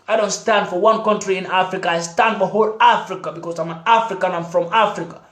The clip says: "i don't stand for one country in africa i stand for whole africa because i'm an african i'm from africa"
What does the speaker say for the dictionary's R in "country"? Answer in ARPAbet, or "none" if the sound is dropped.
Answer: R